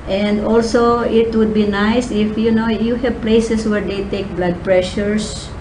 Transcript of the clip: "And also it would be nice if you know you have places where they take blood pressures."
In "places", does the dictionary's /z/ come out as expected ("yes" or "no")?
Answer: no